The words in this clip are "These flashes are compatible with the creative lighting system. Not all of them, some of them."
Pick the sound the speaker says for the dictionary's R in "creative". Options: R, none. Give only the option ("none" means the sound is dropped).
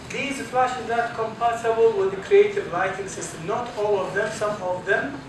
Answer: R